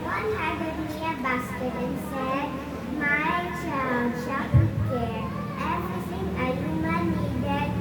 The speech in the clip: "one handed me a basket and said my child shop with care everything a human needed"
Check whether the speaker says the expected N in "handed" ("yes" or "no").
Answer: no